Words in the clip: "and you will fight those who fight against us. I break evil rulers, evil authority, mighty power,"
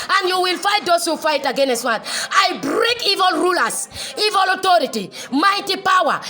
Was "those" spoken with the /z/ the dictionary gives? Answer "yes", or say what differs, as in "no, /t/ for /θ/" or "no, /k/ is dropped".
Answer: no, /s/ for /z/